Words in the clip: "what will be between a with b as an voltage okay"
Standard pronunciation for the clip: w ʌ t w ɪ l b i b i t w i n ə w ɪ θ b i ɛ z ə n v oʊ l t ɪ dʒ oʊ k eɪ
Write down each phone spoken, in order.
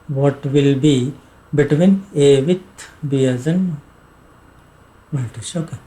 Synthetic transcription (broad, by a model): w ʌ t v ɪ l b i b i t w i n ə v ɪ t b i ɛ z ə n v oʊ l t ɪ ʃ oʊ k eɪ